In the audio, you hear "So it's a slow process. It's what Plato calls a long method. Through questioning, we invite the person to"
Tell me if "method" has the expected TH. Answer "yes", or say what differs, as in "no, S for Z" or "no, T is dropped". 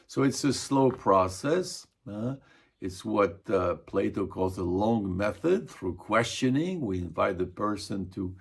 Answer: yes